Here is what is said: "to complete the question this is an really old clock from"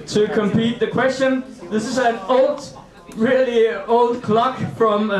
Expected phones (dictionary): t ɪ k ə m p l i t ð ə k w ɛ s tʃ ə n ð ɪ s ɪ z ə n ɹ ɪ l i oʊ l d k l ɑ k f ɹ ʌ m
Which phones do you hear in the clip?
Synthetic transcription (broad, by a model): t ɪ k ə m p i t ð ə k w ɛ s tʃ ə n ð ɪ s ɪ z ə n ɹ ɪ l i oʊ l d k l ɑ k f ɹ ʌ m